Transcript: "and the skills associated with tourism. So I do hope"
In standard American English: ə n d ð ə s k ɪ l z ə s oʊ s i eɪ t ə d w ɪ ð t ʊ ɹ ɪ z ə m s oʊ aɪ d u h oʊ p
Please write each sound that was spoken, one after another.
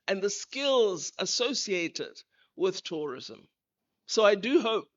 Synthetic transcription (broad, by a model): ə n ð ə s k ɪ l z ə s oʊ s i eɪ t ə d w ɪ ð t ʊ ɹ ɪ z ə m s oʊ aɪ d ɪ h oʊ p